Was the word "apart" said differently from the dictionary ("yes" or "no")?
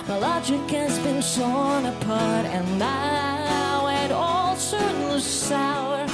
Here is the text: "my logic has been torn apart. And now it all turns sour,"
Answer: no